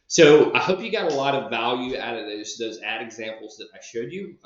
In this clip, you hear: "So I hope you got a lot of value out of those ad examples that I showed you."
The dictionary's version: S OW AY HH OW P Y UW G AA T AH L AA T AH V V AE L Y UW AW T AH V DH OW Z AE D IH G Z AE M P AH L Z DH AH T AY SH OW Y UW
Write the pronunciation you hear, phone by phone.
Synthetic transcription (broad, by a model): S OW AY HH OW P Y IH G AA T AH L AA T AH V V AE L Y UW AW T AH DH DH OW Z AE D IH G Z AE M P L Z DH AH T AY SH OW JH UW